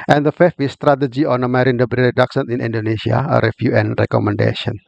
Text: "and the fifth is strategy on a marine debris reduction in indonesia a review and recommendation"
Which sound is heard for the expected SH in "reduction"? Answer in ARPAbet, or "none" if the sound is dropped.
S